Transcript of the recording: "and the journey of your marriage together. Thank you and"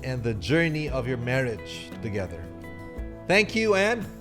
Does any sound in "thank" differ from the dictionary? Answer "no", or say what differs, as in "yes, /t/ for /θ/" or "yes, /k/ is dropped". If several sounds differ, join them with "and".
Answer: no